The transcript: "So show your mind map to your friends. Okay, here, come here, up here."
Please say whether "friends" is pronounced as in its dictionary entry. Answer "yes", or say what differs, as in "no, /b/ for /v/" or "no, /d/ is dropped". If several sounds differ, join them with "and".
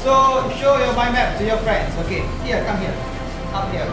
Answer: no, /s/ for /z/